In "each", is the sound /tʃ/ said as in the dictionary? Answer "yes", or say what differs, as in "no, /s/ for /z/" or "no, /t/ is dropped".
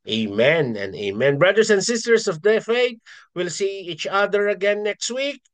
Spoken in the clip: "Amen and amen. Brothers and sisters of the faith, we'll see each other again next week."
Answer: yes